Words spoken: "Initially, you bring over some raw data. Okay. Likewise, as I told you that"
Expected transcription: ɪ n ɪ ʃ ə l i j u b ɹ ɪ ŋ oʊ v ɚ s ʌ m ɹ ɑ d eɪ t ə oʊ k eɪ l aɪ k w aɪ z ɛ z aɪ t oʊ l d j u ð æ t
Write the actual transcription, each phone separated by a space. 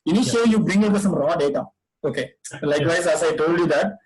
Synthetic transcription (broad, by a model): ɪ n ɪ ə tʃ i j u b ɹ ɪ ŋ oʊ ɚ s ʌ m ɹ ɑ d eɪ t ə oʊ k eɪ l aɪ k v aɪ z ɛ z aɪ t oʊ l d j u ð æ t